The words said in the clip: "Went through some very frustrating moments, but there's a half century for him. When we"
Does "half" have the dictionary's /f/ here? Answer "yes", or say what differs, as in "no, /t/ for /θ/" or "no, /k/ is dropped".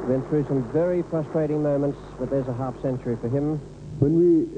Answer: yes